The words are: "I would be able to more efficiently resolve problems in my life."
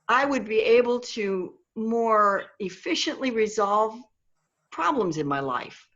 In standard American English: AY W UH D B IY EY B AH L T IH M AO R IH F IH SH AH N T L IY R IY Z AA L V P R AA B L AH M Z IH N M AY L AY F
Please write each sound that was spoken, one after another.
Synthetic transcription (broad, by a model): AY W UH D B IY EY B AH L T IH M AO R IH F IH SH AH N T L IY R IY Z AA L V P R AA B L AH M Z IH N M AY L AY F